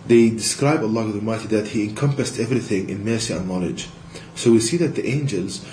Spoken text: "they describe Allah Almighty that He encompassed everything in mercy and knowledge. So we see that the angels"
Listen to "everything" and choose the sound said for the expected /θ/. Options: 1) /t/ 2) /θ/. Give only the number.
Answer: 2